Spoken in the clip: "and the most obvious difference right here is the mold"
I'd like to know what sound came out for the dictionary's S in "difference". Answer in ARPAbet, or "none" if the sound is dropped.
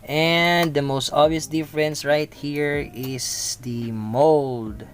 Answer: S